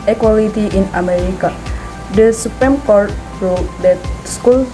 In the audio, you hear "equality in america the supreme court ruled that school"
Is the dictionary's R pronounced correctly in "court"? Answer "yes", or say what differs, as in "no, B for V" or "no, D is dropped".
yes